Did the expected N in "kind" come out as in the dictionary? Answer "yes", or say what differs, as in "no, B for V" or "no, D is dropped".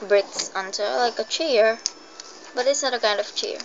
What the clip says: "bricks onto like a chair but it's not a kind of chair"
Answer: yes